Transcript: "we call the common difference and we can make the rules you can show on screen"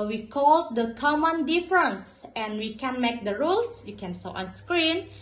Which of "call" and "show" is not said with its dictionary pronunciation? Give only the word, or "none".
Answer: show